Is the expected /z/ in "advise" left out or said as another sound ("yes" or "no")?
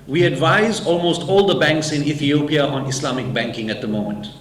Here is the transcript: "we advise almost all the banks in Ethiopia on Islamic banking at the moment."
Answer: no